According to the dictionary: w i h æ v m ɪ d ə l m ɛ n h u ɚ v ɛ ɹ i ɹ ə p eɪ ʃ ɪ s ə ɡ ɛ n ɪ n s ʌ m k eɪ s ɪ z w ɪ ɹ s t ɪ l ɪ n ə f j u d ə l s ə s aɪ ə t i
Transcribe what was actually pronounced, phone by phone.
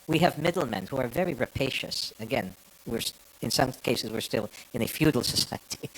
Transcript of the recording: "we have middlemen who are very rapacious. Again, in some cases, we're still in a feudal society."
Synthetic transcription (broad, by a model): w i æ v m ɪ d l m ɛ n h u ɚ v ɛ ɹ i ɹ ə p eɪ ʃ ɪ s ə ɡ ɛ n ɪ n s ʌ m k eɪ s ɪ z w ɪ ɹ s t ɪ l ɪ n ə f j u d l s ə s aɪ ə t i